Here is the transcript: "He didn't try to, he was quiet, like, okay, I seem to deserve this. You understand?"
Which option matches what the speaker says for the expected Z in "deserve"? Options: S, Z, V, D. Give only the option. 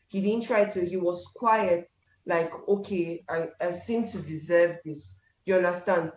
Z